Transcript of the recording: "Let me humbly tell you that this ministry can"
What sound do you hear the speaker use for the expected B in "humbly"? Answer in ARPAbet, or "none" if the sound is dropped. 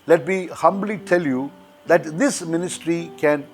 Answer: B